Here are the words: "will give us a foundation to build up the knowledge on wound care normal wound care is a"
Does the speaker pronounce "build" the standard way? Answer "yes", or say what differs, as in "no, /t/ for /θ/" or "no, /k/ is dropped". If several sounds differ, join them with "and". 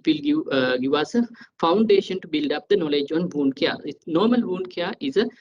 yes